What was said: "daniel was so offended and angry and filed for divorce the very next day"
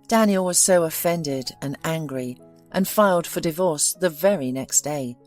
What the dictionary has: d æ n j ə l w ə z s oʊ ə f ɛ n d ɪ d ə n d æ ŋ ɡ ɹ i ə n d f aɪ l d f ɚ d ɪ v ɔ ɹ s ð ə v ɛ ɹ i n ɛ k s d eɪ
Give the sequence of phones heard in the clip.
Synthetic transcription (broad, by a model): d æ n j l w ə z s oʊ ə f ɛ n d ɪ d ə n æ ŋ ɡ ɹ i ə n f aɪ l d f ɚ d ɪ v ɔ ɹ s ð ə v ɛ ɹ i n ɛ k s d eɪ